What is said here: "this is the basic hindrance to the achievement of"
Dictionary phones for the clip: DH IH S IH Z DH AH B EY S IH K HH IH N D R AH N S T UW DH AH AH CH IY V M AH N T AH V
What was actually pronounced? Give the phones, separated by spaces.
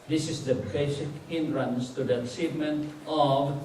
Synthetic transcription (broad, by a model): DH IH S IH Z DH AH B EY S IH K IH N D R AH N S T UW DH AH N S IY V M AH N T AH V